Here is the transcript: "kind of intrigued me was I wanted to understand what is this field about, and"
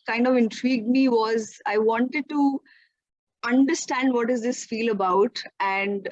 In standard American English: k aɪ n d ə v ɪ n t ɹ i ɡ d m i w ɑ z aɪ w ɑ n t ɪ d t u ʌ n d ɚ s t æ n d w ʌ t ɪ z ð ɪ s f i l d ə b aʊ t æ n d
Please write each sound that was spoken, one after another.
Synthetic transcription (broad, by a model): k aɪ n d ə v ɪ n t ɹ i ɡ d m i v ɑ z aɪ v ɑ n t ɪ d t u ʌ n d ɚ s t æ n d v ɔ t ɪ z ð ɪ s f i l ə b aʊ t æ n d